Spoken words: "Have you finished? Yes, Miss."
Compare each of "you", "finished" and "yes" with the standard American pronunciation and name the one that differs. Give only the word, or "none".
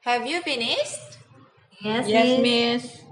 finished